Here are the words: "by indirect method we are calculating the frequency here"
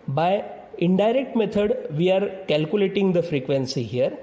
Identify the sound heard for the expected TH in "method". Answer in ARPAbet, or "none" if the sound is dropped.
T